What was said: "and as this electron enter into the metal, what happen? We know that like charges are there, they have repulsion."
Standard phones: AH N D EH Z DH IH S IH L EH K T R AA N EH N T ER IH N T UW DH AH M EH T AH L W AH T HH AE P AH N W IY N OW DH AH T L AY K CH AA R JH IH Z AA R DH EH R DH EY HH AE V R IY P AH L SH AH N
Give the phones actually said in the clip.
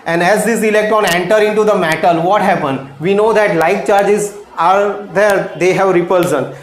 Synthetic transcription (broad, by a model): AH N D EH Z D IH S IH L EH K T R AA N EH N T ER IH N T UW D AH M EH T AH L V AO T HH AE P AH N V IY N OW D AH T L AY K CH AA R JH IH Z AA R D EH R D EY HH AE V R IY P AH L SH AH N